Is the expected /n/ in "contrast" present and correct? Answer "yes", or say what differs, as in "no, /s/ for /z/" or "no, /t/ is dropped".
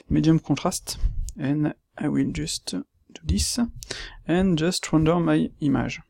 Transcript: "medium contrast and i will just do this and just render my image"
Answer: no, /n/ is dropped